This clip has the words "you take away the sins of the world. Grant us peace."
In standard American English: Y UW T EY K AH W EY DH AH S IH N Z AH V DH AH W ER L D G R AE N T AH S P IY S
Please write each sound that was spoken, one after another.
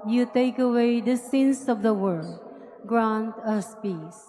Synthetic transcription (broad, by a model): Y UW T EY K AH W EY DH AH S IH N S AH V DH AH W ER D G R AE N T AH S P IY S